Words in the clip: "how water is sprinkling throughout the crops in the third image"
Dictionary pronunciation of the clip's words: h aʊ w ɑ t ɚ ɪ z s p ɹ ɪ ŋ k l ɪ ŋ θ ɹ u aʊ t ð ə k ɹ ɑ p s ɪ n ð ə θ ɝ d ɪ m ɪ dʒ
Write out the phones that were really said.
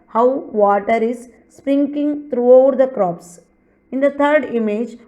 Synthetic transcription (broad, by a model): h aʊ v ɑ t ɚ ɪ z s p ɹ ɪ ŋ k ɪ ŋ t ɹ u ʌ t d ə k ɹ ɑ p s ɪ n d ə t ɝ d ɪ m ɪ dʒ